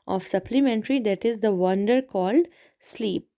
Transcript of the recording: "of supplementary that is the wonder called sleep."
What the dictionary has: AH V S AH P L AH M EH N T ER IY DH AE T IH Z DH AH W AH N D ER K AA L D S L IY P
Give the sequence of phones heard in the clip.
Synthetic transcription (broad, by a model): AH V S AH P L AH M EH N T ER IY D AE T IH Z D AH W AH N D ER K AA L D S L IY P